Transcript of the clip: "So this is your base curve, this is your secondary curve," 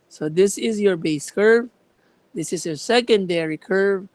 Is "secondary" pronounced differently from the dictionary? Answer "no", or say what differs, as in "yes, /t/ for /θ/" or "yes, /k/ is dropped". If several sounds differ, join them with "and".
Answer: no